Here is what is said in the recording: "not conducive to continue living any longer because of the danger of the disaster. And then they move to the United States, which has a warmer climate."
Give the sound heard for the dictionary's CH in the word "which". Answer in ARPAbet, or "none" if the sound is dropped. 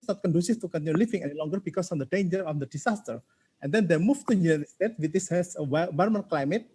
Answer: S